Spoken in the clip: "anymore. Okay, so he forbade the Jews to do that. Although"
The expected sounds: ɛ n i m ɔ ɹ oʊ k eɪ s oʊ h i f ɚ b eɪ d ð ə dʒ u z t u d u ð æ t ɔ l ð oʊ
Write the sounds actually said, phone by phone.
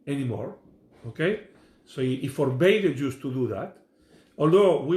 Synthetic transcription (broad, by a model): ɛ n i m ɔ ɹ oʊ k eɪ s oʊ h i f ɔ b eɪ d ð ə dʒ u s t u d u ð æ t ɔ l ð oʊ